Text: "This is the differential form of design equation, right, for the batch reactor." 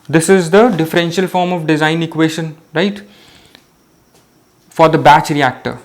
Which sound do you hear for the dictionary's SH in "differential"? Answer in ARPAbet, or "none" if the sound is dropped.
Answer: SH